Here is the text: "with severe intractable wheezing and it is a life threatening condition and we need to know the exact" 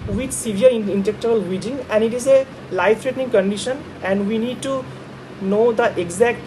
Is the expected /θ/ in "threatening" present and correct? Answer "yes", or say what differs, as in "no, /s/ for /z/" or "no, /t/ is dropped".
no, /t/ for /θ/